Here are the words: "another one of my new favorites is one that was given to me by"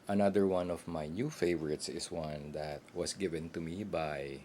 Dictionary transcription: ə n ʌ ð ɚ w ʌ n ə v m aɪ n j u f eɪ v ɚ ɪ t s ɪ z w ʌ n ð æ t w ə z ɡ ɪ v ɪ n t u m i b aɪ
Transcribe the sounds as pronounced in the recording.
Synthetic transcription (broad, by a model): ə n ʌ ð ɚ w ʌ n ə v m aɪ n j u f eɪ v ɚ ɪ t s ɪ s w ʌ n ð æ t w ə s ɡ ɪ v ɪ n t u m i b aɪ